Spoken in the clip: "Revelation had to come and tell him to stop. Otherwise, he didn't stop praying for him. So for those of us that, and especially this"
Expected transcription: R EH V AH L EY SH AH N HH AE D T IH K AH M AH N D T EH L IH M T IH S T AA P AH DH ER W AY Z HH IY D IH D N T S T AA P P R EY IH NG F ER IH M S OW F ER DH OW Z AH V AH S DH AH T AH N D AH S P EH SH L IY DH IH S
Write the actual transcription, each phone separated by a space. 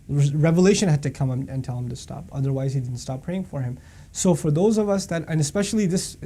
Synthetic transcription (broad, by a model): R EH V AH L EY SH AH N HH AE D T IH K AH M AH N T EH L IH M T IH S T AA P AH DH ER W AY Z HH IY D IH D N T S T AA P P R EY IH NG F ER IH M S OW F ER DH OW Z AH V AH S DH AH T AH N AH S P EH SH L IY DH IH S